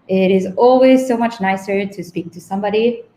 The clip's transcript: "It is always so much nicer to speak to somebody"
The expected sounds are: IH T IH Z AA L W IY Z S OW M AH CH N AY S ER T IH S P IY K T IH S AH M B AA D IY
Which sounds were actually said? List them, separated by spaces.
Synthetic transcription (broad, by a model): IH T IH Z AA L W IY Z S OW M AH CH N AY S ER T IH S P IY K T IH S AH M B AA D IY